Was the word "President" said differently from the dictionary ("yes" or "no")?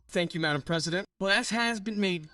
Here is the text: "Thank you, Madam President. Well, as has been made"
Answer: no